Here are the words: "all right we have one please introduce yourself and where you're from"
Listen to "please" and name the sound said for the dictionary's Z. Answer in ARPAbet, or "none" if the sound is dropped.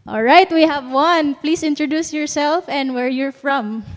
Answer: S